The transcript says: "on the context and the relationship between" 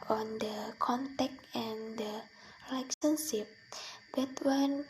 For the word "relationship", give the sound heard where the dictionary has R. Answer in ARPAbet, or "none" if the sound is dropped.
L